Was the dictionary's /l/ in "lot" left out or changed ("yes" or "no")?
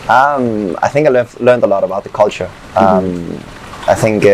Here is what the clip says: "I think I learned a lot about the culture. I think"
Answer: no